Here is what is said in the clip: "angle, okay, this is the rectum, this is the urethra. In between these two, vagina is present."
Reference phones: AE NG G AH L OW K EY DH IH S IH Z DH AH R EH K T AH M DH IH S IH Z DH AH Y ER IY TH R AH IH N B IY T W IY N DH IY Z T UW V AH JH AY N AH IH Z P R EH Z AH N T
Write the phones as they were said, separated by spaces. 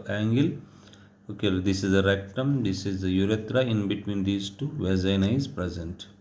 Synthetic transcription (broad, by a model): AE NG G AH L OW K EY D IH S IH Z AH R EH K T AH M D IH S IH Z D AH Y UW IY T R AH IH N B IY T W IY N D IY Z T UW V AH Z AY N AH IH Z P R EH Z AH N T